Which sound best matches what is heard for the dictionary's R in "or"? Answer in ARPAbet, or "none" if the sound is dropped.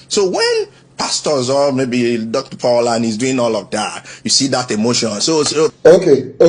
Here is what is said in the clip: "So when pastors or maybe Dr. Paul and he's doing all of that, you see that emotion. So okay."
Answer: L